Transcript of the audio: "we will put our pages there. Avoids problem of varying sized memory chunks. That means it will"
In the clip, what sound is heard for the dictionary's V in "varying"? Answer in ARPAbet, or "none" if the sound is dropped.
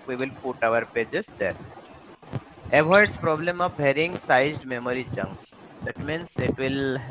B